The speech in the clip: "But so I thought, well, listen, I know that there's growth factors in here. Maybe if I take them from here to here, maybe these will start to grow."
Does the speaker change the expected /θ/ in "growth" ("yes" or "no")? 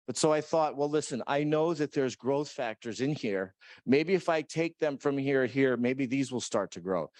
no